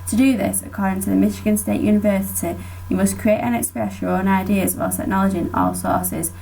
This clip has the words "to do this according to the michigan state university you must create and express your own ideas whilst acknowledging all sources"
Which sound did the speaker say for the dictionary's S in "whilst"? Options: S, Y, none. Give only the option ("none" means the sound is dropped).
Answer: none